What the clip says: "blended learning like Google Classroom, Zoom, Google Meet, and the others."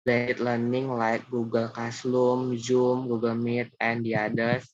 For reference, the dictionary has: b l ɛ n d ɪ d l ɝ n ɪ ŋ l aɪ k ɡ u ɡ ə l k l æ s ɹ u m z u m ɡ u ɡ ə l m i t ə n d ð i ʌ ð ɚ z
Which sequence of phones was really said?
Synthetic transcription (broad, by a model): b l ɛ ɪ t l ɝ n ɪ ŋ l aɪ k ɡ u ɡ ə l k ɑ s l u m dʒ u m ɡ u ɡ ə l m i t ə n d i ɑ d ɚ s